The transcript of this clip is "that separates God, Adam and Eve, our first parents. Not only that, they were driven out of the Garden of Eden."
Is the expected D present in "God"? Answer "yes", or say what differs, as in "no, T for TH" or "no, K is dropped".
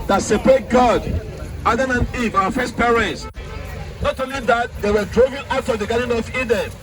yes